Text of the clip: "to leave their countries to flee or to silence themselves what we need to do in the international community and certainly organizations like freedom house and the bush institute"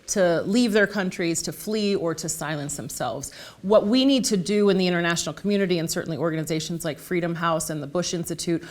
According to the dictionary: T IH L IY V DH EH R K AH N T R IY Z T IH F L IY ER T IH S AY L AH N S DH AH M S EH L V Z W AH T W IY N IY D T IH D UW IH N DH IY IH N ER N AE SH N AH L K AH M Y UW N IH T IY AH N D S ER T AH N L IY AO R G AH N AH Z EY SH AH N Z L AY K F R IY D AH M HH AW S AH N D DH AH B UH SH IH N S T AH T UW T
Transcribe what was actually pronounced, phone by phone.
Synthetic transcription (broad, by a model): T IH L IY V DH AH R K AH N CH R IY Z T IH F L IY ER T IH S AY L AH N S DH AH M S EH L V Z W AH T W IY N IY D T IH D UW IH N DH IY IH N ER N AE SH N L K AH M Y UW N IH T IY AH N S ER T N L IY AO R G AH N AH Z EY SH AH N Z L AY K F R IY D AH M HH AW S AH N DH AH B UH SH IH N S T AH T UW T